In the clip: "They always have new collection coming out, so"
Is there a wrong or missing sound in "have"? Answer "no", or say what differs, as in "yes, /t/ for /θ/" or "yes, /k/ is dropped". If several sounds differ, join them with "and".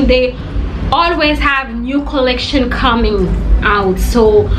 no